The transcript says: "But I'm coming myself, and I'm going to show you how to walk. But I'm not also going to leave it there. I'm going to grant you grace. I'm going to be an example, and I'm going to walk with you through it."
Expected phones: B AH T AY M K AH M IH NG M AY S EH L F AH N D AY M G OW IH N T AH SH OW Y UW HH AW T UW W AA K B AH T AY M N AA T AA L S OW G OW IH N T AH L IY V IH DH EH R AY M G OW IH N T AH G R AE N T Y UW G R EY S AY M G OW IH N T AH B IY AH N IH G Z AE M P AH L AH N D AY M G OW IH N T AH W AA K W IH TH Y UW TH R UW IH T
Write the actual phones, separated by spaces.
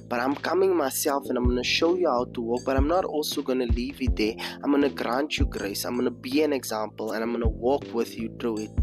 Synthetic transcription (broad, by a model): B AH T AY M K AH M IH NG M AY S EH L F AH N AY M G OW N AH SH OW Y UW HH AW T UW W AA K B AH T AY M N AA T AA L S OW G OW N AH L IY V IH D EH AY M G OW N AH G R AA N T Y UW G R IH S AY M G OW N AH B IY AH N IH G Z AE M P AH L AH N AY M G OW N AH W AA K W IH TH Y UW T R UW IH T